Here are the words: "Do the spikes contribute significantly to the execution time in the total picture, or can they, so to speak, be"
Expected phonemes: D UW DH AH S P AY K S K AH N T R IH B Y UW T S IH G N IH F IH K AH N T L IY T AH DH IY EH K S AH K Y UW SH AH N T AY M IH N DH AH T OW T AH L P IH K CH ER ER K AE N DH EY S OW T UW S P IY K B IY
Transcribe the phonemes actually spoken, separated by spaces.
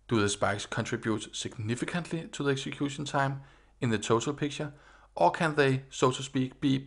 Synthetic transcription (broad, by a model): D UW DH AH S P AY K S K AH N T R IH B Y UW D S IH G N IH F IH K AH N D L IY S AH DH IY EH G S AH K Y UW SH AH N S AY M IH N DH AH S OW S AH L P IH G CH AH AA K AE N DH EY S OW S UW S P IY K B IY